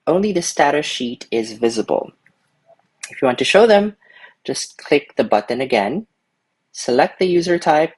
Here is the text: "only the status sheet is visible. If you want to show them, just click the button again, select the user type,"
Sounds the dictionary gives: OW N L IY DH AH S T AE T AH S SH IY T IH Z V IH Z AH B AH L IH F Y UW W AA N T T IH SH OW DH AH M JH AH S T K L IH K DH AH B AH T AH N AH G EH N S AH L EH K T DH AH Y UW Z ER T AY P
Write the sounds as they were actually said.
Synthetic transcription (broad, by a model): OW N L IY DH AH S T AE T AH SH IY T IH Z V IH Z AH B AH L IH F Y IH W AA N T T IH SH OW DH AH M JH AH S K L IH K DH AH B AH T N AH G EH N S AH L EH K T DH AH Y UW Z ER T AY P